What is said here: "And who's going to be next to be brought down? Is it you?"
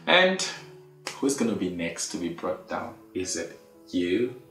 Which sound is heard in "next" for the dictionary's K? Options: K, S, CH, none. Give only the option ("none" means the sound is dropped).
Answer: K